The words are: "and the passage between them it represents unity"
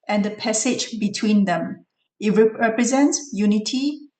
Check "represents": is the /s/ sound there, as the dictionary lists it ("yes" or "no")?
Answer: yes